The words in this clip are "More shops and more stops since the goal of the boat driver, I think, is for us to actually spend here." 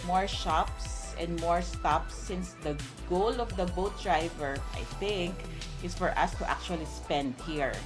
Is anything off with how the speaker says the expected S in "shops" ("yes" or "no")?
no